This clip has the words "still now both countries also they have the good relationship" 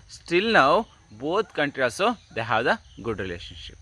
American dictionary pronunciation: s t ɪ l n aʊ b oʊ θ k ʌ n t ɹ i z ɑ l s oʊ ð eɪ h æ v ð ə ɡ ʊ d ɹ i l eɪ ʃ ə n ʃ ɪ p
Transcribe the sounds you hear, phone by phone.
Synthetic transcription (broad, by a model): s t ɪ l n aʊ b oʊ t k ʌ n t ɹ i ɑ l s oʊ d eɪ h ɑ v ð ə ɡ ʊ d ɹ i l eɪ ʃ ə n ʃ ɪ p